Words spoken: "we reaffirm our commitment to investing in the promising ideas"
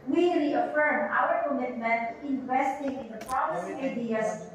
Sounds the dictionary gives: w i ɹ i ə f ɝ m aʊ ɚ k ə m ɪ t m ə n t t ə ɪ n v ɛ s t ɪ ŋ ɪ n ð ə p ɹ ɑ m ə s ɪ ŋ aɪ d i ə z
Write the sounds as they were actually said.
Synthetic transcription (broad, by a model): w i ɹ i ə f ɝ m aʊ ɚ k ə m ɪ t m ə n t t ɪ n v ɛ s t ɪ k ɪ n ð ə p ɑ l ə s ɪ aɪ d i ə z